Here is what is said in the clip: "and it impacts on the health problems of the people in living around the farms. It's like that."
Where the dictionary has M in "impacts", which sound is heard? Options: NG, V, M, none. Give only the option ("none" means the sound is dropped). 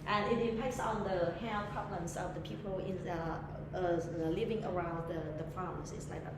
none